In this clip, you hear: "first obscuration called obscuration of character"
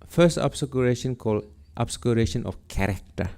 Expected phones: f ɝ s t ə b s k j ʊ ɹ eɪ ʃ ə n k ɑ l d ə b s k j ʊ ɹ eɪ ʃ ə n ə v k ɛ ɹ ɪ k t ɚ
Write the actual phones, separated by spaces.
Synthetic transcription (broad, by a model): f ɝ s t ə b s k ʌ ɹ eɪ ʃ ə n k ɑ l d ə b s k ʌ ɹ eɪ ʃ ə n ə f k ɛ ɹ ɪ k t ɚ